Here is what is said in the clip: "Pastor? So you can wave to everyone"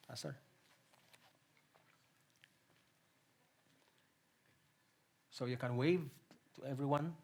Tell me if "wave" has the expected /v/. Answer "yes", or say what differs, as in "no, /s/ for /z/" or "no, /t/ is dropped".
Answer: yes